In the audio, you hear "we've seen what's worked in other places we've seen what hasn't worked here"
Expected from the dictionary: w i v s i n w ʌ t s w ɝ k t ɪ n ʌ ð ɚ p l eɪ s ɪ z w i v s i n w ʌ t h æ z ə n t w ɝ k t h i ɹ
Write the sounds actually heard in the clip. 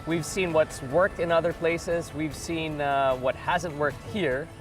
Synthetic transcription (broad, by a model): w i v s i n w ʌ t s w ɝ k t ɪ n ʌ ð ɚ p l eɪ s ɪ z w i v s i n w ʌ t h æ z ə n t w ɝ k t h i ɹ